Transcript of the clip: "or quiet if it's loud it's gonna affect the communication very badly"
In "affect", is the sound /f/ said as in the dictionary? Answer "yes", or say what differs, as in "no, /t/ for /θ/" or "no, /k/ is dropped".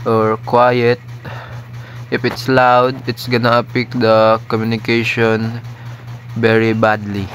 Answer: no, /p/ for /f/